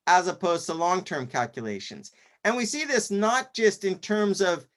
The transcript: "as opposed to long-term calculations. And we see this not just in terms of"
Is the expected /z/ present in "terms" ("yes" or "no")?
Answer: yes